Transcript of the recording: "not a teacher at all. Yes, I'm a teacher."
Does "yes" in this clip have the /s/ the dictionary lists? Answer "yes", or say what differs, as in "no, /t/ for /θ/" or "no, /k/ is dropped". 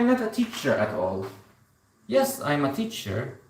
yes